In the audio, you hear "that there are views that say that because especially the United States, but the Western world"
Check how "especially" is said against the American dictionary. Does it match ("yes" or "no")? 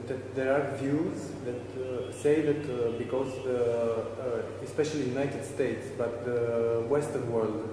no